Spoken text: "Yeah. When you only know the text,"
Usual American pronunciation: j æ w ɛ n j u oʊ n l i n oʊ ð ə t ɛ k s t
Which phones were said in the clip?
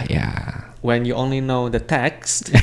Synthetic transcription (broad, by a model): j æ w ɛ n j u oʊ n l i n oʊ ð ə t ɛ k s t